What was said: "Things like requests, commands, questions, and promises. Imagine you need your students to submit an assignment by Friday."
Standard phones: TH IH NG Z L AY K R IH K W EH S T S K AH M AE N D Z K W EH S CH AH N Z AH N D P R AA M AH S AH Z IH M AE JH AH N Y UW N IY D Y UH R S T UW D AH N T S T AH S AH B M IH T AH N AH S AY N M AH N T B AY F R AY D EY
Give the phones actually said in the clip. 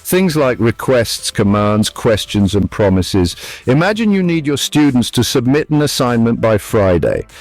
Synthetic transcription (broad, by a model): TH IH NG Z L AY K R IH K W EH S T S K AH M AE N D Z K W EH S CH AH N Z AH N P R AA M AH S AH Z IH M AE JH AH N Y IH N IY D Y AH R S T UW D N T S T AH S AH B M IH T AH N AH S AY N M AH N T B AY F R AY D EY